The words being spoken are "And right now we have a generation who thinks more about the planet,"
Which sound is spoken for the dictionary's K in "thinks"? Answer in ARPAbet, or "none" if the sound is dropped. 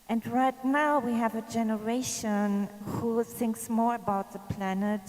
K